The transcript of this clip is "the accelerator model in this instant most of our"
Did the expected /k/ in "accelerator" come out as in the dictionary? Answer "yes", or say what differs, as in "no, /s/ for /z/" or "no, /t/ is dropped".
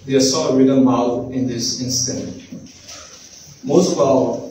no, /k/ is dropped